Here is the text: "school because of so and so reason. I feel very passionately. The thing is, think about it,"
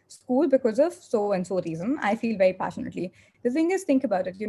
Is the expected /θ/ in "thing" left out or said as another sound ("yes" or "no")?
yes